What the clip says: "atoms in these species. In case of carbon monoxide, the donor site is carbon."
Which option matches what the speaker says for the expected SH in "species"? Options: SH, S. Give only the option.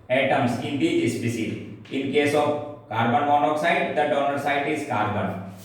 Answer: S